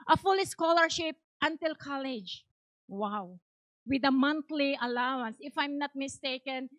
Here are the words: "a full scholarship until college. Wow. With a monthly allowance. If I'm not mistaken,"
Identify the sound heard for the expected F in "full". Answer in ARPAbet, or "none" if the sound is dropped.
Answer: F